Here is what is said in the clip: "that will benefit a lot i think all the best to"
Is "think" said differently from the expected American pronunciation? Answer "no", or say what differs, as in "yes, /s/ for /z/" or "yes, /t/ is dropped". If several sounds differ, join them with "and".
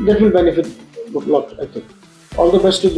yes, /t/ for /θ/